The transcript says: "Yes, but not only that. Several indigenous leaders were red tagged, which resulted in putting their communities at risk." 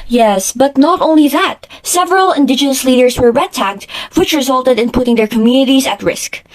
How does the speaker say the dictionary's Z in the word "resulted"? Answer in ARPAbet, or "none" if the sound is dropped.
Z